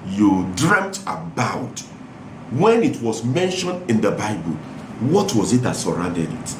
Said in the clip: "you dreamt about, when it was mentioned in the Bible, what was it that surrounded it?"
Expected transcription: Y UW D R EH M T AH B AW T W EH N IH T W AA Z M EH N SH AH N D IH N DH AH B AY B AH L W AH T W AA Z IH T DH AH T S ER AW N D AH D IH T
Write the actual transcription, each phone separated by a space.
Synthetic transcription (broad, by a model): Y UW D R EH M T AH B AW T W EH N IH T W AA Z M EH N SH AH N D IH N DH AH B AY B AH L W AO T W AA Z IH T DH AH T S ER AW N D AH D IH T